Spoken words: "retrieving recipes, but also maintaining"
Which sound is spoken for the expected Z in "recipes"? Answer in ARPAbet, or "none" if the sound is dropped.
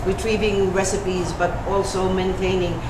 Z